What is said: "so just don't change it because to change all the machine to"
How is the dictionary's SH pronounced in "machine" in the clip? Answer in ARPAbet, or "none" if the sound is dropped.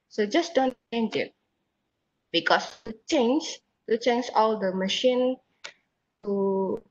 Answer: SH